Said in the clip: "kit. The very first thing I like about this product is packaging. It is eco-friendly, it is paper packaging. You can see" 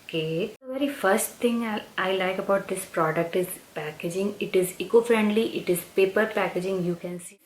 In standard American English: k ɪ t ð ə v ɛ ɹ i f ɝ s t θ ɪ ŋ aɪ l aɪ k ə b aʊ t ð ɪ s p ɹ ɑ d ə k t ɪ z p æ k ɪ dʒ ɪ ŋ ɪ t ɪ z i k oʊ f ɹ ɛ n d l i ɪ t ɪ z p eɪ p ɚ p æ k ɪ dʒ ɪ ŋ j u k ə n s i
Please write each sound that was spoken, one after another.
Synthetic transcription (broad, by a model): k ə v ɛ ɹ i f ɝ s t t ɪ ŋ aɪ l aɪ k ə b aʊ t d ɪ s p ɹ ɑ d ə k t ɪ z p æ k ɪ dʒ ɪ ŋ ɪ t ɪ z i k oʊ f ɹ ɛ n d l i ɪ t ɪ z p eɪ p ɚ p æ k ɪ dʒ ɪ ŋ j u k ə n s i